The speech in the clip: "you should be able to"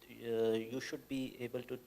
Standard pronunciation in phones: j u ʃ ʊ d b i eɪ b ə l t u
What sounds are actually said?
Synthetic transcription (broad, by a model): j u ʃ ʊ d b i eɪ b ə l t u